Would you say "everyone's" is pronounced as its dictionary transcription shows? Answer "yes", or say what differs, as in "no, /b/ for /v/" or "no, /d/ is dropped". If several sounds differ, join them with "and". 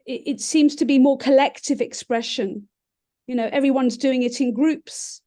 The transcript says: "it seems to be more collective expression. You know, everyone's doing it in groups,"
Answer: yes